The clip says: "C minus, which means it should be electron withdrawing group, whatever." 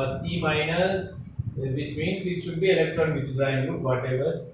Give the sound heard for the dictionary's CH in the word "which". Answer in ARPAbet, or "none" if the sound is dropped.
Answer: S